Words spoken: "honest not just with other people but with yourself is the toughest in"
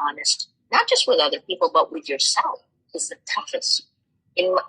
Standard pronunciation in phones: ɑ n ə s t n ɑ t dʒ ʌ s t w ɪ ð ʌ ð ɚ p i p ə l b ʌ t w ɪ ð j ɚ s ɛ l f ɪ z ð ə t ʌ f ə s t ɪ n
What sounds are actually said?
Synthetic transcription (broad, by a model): ɑ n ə s t n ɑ t dʒ ʌ s t w ɪ ð ʌ ð ɚ p i p l b ʌ t w ɪ ð j ɚ s ɛ l f ɪ z ð ə t ʌ f ə s t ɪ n